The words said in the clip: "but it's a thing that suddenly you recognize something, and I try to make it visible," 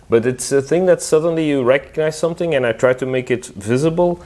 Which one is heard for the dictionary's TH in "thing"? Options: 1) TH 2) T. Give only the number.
1